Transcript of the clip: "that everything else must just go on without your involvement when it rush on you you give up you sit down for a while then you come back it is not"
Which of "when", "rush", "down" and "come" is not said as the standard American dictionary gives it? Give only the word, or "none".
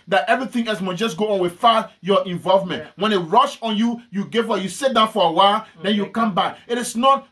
none